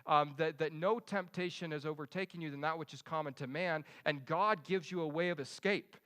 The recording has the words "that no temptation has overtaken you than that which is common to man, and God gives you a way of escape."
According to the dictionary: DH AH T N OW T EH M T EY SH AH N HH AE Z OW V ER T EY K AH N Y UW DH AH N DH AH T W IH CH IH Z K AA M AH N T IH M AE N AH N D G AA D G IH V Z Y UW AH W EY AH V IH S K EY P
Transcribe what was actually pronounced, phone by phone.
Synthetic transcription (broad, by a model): DH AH T N OW T EH M T EY SH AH N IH Z OW V ER T EY K AH N Y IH DH AH N DH AH T W IH CH IH Z K AA M AH N T IH M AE N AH N G AA D G IH V Z Y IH AH W EY AH V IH S K EY P